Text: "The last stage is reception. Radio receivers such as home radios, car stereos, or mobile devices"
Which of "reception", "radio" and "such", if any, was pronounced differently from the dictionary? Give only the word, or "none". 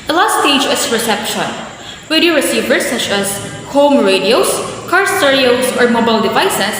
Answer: radio